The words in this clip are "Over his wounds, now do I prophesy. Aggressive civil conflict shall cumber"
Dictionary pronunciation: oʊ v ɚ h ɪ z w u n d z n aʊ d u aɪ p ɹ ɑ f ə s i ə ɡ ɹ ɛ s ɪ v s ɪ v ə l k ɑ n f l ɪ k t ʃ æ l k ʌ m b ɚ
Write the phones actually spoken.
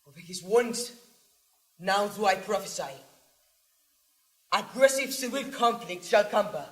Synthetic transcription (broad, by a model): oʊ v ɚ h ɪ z w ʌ n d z n aʊ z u aɪ p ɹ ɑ f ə s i ə ɡ ɹ ɛ s ɪ v s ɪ ə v k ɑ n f l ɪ k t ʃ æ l k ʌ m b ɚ